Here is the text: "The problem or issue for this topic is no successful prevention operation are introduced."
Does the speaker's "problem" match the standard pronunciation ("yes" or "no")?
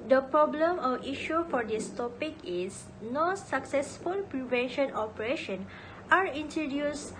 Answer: yes